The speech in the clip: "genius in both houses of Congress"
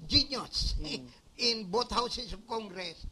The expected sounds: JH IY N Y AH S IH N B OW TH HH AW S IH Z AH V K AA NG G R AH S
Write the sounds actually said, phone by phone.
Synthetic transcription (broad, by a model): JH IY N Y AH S IH N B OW T HH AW S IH S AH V K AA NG G R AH S